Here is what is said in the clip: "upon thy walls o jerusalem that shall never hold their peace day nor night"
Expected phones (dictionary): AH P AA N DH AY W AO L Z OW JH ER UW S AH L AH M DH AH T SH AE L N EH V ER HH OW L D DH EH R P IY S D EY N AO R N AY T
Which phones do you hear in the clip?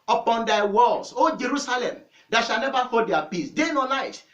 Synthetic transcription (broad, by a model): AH P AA N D AY W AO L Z OW JH ER UW S AH L AH M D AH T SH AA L N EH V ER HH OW D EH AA P IY S D EY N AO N AY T